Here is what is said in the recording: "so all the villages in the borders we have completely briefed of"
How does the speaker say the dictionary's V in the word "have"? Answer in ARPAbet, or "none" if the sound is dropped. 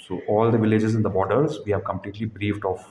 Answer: V